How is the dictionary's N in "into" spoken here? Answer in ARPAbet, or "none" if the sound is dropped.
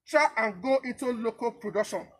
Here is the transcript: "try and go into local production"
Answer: none